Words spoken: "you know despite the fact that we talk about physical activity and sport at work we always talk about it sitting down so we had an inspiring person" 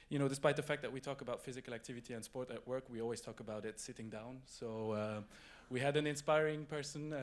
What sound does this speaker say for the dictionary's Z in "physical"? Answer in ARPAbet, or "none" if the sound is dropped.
Z